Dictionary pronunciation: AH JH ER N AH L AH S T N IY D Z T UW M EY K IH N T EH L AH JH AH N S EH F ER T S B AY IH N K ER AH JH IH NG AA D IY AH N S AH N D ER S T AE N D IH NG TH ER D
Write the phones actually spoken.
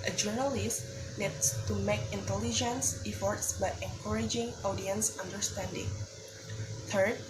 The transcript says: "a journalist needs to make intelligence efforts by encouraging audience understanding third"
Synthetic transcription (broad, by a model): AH JH ER N AH L AH S T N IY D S T UW M EY K IH N T EH L AH JH AH N S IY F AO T S B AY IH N K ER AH JH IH NG AA D IY AH N S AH N D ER S T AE N D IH NG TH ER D